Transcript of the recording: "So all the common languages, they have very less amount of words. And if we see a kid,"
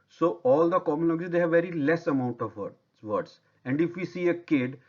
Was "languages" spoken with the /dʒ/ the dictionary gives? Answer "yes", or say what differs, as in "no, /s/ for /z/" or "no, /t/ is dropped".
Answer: no, /dʒ/ is dropped